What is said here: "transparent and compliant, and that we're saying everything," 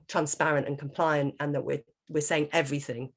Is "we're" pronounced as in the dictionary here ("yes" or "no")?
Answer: no